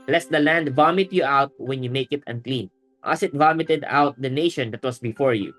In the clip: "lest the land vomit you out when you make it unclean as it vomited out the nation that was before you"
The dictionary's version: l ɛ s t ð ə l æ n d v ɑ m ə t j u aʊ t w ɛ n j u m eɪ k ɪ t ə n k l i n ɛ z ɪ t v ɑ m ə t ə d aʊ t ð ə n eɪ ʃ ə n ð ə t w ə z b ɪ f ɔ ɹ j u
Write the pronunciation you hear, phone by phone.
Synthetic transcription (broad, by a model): l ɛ s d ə l æ n d v ɑ m ə t j u aʊ t w ɛ n j u m eɪ k ɪ t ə n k l i n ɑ s ɪ t v ɑ m ə t ə d aʊ t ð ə n eɪ ʃ ə n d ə t w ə s b ɪ f ɔ ɹ j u